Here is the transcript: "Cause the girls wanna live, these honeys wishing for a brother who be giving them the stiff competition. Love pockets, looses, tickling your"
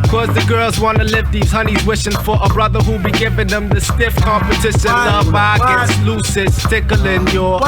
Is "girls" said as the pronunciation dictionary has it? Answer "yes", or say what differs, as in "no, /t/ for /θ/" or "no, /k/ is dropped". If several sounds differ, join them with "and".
yes